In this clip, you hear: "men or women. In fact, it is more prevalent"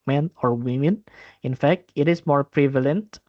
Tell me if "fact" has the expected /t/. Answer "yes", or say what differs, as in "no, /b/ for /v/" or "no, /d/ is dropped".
yes